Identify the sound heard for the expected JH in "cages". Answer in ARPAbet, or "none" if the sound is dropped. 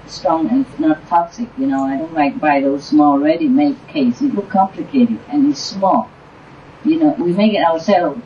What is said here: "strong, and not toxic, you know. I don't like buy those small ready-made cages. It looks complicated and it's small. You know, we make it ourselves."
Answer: none